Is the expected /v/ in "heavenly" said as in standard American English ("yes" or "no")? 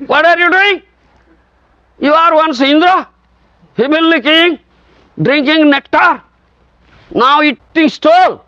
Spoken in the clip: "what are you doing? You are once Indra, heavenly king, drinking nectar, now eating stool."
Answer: no